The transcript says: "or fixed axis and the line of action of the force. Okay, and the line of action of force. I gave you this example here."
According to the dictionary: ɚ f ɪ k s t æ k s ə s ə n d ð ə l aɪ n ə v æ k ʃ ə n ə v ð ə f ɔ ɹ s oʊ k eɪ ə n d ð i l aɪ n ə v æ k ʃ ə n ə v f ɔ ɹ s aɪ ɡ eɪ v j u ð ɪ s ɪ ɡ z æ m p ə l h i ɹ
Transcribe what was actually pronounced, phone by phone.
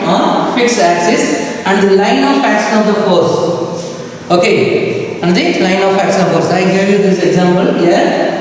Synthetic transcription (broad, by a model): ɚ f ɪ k s æ k s ə s ə n d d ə l aɪ n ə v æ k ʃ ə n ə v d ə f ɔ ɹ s oʊ k eɪ ə n d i l aɪ n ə f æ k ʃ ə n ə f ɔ ɹ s aɪ ɡ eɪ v j u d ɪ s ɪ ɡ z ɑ m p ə l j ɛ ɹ